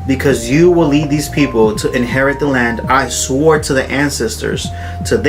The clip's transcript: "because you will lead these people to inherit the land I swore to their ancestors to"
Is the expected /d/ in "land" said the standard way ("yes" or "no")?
yes